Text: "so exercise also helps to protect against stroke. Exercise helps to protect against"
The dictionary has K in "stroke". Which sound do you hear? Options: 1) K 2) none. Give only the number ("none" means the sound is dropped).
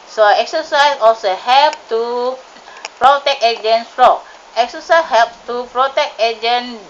2